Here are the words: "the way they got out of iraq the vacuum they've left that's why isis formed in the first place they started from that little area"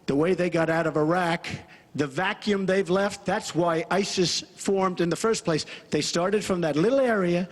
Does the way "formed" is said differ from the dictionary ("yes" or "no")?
no